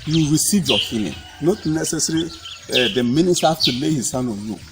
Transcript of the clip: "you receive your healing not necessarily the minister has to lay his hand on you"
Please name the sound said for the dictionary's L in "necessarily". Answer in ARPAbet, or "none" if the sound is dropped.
none